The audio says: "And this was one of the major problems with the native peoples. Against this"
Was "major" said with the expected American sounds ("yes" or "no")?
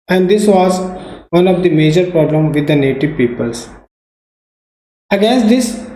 yes